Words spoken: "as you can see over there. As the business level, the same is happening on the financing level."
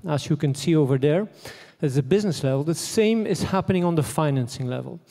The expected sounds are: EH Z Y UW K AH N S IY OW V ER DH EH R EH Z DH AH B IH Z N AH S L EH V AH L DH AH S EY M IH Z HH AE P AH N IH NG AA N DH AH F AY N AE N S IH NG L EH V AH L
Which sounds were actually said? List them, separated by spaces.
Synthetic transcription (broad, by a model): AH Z Y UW K AH N S IY OW V ER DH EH R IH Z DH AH B IH Z N AH S L EH V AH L DH AH S EY M IH Z HH AE P AH N IH NG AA N DH AH F AY N AE N S IH NG L EH V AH L